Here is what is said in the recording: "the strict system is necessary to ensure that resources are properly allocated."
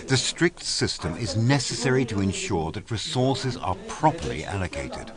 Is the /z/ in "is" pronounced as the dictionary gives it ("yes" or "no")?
yes